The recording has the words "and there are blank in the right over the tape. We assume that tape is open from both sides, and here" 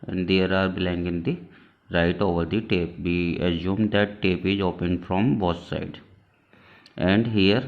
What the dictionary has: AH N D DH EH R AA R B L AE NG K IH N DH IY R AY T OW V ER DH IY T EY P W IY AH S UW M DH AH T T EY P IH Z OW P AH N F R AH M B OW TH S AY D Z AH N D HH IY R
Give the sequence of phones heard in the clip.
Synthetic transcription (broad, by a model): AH N D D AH R AA R B L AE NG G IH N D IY R AY T OW V ER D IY T EY P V IY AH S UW M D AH T T EY P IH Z OW P AH N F R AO M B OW S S AY D AH N D HH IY R